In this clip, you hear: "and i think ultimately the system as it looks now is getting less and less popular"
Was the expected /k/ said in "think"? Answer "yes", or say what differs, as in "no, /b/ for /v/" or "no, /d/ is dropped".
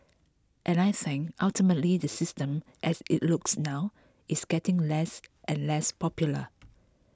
no, /k/ is dropped